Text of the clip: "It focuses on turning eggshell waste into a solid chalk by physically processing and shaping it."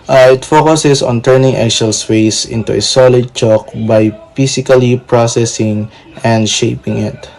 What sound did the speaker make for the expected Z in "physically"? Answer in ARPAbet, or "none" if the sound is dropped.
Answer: S